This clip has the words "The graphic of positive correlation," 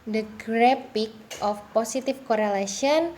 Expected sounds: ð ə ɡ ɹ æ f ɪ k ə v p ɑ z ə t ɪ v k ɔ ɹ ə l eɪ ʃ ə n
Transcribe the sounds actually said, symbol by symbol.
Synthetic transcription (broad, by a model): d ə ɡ ɹ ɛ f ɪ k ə f p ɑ s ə t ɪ f k ɔ ɹ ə l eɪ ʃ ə n